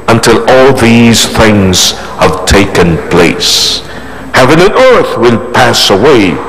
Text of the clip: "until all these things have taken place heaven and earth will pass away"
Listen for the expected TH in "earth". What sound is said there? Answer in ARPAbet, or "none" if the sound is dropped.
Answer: TH